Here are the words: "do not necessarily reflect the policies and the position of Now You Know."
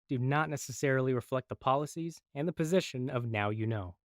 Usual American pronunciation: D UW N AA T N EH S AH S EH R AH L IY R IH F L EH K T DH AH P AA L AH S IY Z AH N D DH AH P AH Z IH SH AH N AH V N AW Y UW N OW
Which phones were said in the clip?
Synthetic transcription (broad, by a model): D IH N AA T N EH S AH S EH R L IY R IH F L EH K T DH AH P AA L AH S IY Z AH N DH AH P AH Z IH SH AH N AH V N AW Y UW N OW